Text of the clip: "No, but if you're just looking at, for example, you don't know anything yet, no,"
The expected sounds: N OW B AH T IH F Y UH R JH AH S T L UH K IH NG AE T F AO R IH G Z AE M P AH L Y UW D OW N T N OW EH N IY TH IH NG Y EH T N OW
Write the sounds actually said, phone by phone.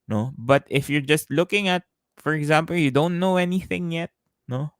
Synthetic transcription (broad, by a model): N OW B AH T IH F Y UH R JH AH S T L UH K IH NG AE T F AO R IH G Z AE M P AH L Y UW D OW N T N OW EH N IY TH IH NG Y EH T N OW